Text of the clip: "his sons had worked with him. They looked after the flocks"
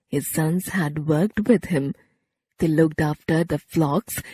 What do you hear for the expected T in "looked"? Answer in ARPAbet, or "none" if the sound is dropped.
T